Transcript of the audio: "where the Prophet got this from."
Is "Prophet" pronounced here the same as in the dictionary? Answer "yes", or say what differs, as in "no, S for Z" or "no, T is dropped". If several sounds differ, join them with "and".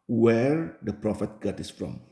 yes